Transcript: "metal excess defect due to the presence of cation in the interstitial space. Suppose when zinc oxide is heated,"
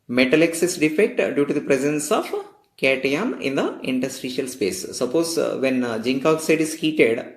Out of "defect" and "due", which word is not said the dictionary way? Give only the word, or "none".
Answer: none